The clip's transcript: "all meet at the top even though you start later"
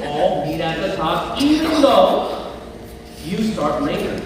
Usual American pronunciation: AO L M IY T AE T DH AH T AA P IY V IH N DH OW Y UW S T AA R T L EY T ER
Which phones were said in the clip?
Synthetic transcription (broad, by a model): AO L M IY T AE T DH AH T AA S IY IH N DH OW Y UW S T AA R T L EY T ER